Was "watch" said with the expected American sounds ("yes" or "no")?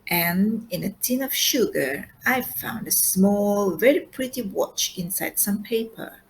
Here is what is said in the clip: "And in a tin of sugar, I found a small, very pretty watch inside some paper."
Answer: yes